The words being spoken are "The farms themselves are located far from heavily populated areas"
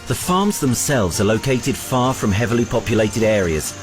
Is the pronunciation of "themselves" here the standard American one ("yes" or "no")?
yes